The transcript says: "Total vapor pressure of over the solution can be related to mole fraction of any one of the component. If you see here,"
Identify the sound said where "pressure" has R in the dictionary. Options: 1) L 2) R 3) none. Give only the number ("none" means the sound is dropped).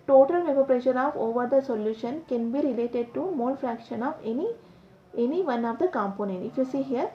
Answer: 2